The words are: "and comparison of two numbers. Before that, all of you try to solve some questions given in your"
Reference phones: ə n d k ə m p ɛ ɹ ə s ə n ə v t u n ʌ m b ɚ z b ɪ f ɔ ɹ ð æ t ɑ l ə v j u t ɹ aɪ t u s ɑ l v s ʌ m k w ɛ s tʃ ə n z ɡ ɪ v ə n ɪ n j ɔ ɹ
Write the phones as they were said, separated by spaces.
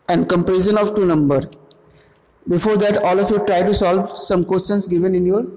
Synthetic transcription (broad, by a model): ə n d k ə m p ɹ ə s ə n ə v t u n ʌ m b ɚ b ɪ f ɔ ɹ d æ t ɑ l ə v j u t ɹ aɪ t u s ɑ l v s ʌ m k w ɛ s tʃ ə n s ɡ ɪ v ə n ɪ n j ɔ ɹ